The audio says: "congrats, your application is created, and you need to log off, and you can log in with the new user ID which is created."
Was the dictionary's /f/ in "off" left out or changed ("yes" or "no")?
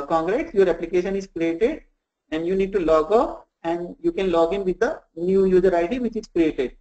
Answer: yes